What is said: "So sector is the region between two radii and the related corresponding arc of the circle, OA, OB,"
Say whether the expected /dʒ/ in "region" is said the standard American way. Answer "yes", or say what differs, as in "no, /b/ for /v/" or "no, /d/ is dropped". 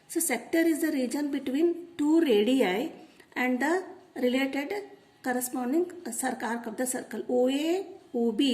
yes